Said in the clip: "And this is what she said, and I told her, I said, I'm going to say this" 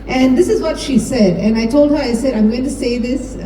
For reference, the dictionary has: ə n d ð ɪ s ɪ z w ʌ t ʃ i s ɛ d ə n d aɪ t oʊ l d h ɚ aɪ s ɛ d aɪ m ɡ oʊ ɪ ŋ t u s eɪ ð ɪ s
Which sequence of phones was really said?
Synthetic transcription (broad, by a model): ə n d ɪ s ɪ z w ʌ t ʃ i s ɛ d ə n aɪ t oʊ l d h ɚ aɪ s ɛ d aɪ m ɡ oʊ ɪ ŋ t u s eɪ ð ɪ s